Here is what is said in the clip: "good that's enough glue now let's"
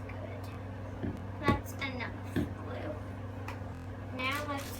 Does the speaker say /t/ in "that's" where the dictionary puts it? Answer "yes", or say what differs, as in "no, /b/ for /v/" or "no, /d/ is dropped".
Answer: yes